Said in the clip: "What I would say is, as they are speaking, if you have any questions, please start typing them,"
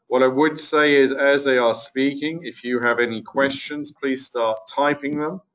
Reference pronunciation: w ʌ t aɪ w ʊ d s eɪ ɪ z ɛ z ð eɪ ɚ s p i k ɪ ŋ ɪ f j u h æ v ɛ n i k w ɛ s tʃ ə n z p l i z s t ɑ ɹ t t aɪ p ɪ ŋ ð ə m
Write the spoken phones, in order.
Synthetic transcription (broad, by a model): w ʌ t aɪ w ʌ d s eɪ ɪ z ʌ z ð eɪ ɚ s p i k ɪ ŋ ɪ f j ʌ v ɛ n i k w ɛ s tʃ ə n z p l i z s t ɑ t t aɪ p ɪ ŋ ð ə m